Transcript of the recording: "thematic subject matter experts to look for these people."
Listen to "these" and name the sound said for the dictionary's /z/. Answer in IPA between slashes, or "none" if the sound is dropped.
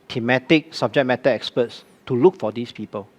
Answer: /s/